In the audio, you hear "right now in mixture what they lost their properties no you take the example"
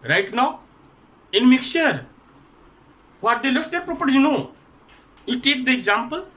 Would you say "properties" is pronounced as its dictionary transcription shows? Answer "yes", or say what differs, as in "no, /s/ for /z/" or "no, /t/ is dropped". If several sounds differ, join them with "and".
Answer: no, /z/ is dropped